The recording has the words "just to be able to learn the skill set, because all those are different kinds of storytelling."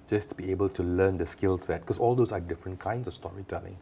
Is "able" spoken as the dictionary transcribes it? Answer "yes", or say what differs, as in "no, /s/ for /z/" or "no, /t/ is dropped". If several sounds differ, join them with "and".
yes